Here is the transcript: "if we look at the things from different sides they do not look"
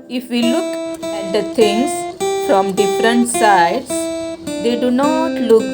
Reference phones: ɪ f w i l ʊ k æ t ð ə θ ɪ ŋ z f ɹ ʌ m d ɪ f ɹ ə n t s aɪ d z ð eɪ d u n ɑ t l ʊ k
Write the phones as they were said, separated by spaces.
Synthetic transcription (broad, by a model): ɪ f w i l ʊ k æ t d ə t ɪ ŋ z f ɹ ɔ m d ɪ f ɹ ə n t s aɪ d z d eɪ d u n ɑ t l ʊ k